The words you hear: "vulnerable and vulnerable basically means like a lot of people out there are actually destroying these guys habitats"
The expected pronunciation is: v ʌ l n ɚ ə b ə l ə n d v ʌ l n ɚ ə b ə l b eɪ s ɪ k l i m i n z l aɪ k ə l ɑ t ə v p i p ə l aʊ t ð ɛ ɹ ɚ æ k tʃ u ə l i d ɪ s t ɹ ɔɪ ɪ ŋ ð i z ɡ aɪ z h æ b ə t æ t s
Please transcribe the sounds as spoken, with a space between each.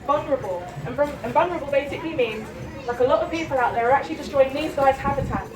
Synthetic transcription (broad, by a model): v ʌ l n ɚ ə b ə l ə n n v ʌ n ɚ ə b ə l b eɪ s ɪ k l i m i n z l aɪ k ə l ɑ t ə v p i p ə l aʊ t ð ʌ ɹ ɚ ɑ k tʃ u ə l i d ɪ s t ɹ ɔɪ ɪ ŋ ð i z ɡ aɪ z h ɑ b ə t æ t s